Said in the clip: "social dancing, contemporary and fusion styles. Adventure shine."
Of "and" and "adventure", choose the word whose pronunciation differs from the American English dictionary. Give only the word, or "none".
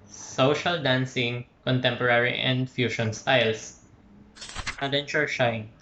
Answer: adventure